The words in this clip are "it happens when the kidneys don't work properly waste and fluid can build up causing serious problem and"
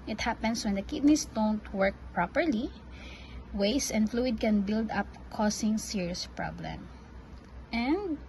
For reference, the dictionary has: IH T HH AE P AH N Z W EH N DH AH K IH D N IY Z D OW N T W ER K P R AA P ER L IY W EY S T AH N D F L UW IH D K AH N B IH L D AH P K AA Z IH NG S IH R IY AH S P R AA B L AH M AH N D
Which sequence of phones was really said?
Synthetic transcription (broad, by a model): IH T HH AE P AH N S W EH N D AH K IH D N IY S D OW N T W ER K P R AA P ER L IY W EY S AH N D F L UW IH D K AH N B IH L D AH P K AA S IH NG S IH R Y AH S P R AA B L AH M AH N D